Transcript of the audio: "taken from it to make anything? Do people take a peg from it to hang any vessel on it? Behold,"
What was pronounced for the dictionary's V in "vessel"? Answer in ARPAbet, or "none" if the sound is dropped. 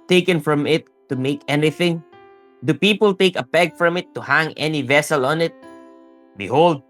V